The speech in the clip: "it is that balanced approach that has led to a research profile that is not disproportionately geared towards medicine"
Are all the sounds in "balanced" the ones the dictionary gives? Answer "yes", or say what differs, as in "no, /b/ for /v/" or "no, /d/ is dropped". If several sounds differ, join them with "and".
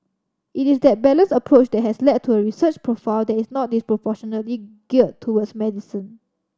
no, /t/ is dropped